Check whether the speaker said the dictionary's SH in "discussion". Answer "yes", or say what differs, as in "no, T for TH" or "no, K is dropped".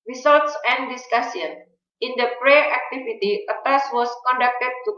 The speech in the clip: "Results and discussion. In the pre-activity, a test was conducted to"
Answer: no, S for SH